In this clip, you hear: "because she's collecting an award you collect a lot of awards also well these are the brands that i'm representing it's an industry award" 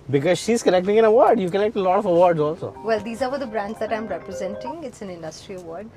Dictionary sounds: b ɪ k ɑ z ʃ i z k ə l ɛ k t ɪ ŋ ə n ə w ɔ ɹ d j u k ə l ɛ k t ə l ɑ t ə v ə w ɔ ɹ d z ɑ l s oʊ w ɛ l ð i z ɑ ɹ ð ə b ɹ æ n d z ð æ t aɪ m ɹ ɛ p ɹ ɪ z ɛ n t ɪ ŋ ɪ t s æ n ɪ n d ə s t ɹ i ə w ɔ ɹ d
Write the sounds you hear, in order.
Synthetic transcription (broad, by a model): b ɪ k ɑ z ʃ i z k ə n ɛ k t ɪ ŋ ə n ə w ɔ ɹ d j u k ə n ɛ k t ə l ɑ t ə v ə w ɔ ɹ d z ɑ l s oʊ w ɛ l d i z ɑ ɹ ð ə b ɹ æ n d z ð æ t aɪ m ɹ ɛ p ɹ ɪ z ɛ n t ɪ ŋ ɪ t s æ n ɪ n d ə s t ɹ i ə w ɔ ɹ d